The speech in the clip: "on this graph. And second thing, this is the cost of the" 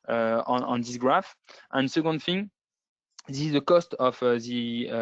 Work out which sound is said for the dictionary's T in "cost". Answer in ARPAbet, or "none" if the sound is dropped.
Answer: T